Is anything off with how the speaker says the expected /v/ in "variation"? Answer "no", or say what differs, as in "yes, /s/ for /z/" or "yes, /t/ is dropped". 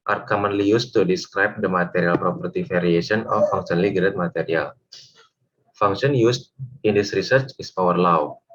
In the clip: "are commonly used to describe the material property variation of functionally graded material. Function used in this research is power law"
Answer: yes, /f/ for /v/